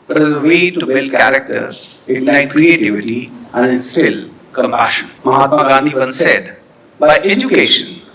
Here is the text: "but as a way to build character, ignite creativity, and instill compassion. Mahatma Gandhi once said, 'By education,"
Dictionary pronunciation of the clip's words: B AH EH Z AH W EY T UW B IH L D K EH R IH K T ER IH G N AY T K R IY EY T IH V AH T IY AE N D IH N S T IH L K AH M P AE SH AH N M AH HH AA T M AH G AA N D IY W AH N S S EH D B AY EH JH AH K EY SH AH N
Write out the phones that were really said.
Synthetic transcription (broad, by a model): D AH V AH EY T UW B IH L K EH R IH K T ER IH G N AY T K R IY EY T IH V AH T IY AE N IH S T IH L K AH M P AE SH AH N M AH HH AA T M AH G AA N D IY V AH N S S EH D B AY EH JH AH K EY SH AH N